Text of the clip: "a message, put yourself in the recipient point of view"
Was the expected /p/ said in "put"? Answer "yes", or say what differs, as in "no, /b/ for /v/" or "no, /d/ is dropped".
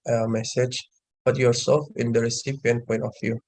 no, /b/ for /p/